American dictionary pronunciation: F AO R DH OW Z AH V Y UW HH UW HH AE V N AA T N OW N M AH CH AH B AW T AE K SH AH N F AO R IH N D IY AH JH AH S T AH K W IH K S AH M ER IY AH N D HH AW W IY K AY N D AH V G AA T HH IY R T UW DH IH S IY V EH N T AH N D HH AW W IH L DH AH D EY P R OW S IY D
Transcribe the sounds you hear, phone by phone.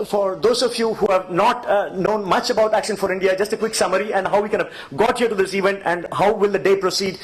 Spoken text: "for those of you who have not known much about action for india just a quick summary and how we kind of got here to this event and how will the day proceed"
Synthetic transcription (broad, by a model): F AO R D OW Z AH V Y UW HH UW HH AE V N AA T N OW N M AH CH AH B AW T AE K SH AH N F AO R IH N D IY AH JH AH S T AH K W IH K S AH M ER IY AH N D HH AW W IY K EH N AH V G AA T HH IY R T UW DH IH S IY V EH N T AH N D HH AW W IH L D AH D EY P R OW S IY D